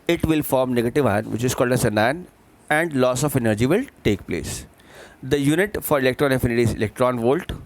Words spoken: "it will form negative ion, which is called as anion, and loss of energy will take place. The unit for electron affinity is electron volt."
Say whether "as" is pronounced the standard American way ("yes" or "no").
no